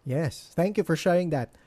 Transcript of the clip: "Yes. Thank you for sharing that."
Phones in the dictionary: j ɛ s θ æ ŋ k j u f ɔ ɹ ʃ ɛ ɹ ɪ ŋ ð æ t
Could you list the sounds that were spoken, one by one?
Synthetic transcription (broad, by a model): j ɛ s θ æ ŋ k j u f ɔ ɹ ʃ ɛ ɪ ŋ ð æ t